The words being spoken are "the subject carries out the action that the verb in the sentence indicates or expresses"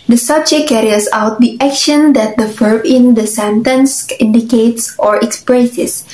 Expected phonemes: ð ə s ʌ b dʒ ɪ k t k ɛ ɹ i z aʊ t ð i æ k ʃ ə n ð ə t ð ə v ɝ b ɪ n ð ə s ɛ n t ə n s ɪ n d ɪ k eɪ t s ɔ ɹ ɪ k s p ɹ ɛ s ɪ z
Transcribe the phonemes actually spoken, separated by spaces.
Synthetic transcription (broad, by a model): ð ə s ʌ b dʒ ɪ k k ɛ ɹ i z aʊ t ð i æ k ʃ ə n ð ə t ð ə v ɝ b ɪ n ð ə s ɛ n t ə n s ɪ n d ɪ k eɪ t s ɔ ɹ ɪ k s p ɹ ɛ s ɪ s